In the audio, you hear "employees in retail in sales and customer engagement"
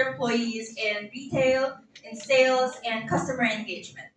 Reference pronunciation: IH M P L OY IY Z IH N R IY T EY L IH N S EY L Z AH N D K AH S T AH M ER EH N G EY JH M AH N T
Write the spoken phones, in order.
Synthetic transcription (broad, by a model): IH M P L OY IY Z IH N R IY T EY L IH N S EY L Z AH N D K AH S T AH M ER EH N G EY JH M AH N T